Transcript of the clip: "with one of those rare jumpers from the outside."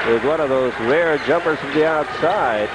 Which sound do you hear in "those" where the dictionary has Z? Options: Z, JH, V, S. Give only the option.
Z